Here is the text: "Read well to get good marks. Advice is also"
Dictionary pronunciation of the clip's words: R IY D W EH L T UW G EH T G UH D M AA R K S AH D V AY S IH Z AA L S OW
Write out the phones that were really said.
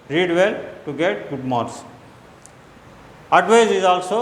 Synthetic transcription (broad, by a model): R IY D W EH L T UW G EH T G UH D M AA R S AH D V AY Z IH Z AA L S OW